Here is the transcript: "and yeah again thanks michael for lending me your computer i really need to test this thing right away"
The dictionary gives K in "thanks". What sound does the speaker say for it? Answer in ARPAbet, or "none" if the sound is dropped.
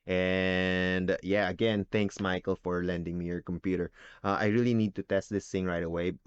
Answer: K